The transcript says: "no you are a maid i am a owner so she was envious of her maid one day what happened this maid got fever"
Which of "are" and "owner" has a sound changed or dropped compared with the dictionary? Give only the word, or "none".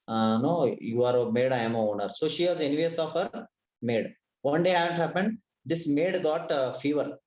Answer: none